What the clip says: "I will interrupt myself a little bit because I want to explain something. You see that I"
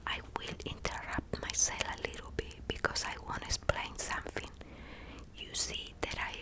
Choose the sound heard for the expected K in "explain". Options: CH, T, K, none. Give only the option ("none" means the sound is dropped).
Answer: none